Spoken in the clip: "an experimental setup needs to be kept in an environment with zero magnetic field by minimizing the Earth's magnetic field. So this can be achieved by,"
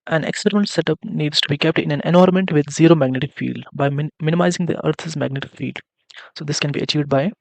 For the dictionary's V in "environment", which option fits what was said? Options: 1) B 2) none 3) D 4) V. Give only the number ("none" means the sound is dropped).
2